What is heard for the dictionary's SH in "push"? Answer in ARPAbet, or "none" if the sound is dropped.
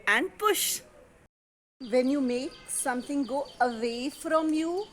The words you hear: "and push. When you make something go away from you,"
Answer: SH